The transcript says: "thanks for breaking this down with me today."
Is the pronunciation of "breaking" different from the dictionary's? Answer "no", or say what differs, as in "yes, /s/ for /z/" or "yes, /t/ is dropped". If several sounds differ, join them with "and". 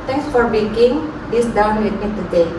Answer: yes, /ɹ/ is dropped